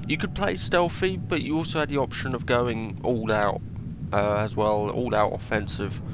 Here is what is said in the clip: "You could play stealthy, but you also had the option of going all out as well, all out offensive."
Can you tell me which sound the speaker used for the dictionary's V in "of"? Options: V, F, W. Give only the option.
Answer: V